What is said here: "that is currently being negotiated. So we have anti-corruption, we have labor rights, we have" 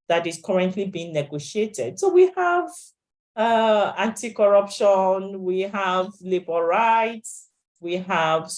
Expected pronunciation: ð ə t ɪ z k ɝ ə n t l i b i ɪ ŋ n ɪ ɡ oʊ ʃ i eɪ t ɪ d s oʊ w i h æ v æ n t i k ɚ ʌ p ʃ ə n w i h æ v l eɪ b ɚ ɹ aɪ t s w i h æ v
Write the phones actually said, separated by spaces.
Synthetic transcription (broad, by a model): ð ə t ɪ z k ɝ ə n t l i b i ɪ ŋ n ɪ ɡ oʊ ʃ i eɪ t ɪ d s oʊ w i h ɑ v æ n t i k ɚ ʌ p ʃ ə n w i h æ v l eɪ b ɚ ɹ aɪ t s w i h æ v